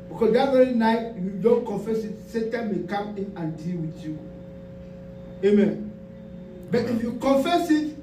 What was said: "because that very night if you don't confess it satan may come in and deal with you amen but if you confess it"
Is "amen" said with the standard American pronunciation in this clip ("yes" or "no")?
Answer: yes